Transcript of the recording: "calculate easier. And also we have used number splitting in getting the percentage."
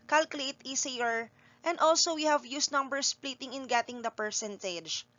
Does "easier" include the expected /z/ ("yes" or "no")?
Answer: no